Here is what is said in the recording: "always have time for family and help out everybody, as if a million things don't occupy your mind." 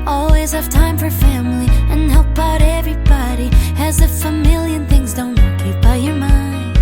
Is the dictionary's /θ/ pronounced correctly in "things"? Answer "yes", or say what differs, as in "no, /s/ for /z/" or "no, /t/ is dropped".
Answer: yes